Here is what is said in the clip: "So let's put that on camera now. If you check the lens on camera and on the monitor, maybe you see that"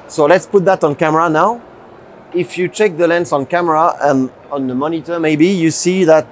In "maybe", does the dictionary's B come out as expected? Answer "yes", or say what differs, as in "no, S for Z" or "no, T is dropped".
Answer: yes